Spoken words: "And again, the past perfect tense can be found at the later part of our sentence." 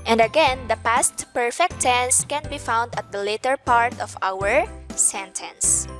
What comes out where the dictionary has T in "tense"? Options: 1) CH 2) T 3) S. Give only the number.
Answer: 2